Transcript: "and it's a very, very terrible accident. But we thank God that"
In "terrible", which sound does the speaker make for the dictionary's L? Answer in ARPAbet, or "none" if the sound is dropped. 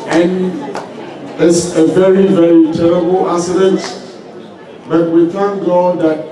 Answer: L